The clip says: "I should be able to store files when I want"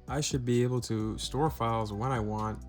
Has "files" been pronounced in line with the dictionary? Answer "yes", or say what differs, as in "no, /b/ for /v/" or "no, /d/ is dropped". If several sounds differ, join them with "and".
yes